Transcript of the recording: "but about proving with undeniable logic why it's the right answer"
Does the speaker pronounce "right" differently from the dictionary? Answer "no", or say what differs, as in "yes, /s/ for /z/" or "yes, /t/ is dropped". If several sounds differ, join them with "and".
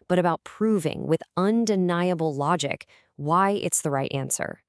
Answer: no